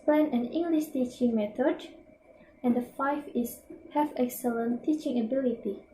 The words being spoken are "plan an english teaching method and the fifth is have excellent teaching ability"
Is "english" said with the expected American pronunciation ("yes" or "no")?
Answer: yes